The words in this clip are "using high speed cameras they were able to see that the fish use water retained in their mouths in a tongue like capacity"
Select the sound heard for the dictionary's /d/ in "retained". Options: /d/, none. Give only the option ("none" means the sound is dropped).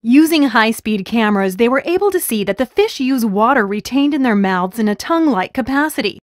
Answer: /d/